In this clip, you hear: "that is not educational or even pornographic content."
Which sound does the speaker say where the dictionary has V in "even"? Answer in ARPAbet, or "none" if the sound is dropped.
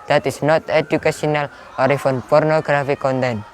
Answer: F